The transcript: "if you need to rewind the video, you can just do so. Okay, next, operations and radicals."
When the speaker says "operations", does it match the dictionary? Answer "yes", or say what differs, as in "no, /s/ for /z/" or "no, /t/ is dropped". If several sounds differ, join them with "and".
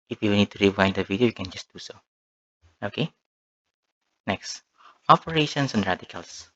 no, /s/ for /z/